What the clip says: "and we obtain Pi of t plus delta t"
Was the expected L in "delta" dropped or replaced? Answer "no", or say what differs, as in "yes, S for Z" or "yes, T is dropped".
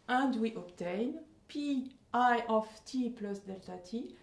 no